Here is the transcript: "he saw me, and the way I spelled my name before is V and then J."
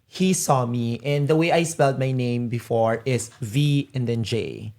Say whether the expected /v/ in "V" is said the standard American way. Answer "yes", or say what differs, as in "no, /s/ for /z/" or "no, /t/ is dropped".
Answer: yes